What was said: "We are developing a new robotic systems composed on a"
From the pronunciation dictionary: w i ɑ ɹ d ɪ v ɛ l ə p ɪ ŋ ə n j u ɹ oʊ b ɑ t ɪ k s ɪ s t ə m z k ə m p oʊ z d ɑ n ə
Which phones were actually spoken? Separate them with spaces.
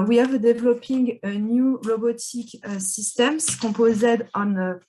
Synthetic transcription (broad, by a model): w i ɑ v d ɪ v l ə p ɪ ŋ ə n j u l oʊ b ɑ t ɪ k s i s t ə m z k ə p oʊ z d ɑ n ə